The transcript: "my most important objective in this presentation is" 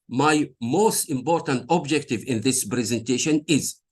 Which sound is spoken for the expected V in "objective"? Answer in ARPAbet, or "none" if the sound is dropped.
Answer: V